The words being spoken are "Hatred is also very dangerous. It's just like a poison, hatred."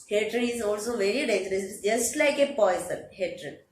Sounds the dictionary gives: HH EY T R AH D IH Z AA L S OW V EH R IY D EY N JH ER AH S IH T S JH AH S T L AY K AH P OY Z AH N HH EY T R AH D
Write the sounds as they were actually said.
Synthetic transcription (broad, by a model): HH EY T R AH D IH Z AA L S OW V EH R IY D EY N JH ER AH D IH S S JH AH S T L AY K AH P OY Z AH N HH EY T R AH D